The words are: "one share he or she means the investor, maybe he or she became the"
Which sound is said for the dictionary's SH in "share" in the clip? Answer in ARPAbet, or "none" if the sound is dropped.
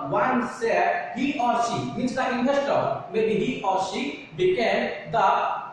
S